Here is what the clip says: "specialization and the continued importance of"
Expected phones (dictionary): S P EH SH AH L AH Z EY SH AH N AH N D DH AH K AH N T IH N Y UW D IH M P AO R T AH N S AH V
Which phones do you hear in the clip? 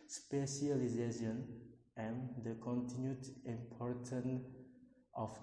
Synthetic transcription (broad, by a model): S P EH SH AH L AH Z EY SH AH N AH N D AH K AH N T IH N Y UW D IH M P AO R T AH N AH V